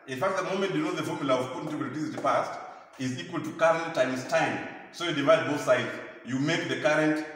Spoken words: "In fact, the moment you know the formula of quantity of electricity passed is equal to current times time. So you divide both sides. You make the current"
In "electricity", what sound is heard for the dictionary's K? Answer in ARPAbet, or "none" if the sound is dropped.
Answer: none